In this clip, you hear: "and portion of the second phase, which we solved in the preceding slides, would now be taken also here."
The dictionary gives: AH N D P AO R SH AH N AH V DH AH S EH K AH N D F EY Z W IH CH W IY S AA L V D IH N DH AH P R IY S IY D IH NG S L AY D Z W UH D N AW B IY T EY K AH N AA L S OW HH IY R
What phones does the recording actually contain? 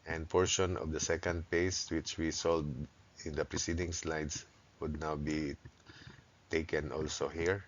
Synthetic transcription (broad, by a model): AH N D P AO R SH AH N AH V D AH S EH K AH N D P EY S W IH CH W IY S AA L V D IH N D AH P R IY S IY D IH NG S L AY D S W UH D N AW B IY T EY K AH N AA L S OW HH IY R